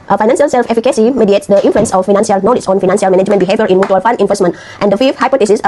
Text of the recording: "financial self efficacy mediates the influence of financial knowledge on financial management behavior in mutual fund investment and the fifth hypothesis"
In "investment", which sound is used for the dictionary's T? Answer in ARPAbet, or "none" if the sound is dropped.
T